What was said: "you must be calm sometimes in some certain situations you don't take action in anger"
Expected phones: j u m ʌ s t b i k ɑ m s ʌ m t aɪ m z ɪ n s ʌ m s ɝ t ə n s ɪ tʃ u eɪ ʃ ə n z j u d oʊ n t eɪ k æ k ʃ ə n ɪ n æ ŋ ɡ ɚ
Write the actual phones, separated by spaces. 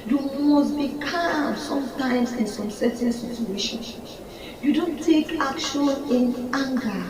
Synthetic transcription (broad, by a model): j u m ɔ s b i k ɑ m s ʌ m t aɪ m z ɪ n s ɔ m s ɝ t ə n s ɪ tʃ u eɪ ʃ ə n j u d oʊ n t eɪ k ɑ k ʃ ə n ɪ n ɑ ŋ ɡ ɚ